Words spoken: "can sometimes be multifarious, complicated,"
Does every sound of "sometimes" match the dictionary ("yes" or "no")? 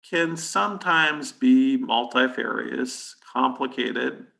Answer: yes